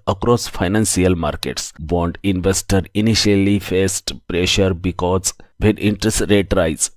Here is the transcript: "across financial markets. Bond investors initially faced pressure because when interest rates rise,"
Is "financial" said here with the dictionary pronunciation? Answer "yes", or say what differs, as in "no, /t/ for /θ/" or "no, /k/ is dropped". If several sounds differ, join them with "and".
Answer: no, /s/ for /ʃ/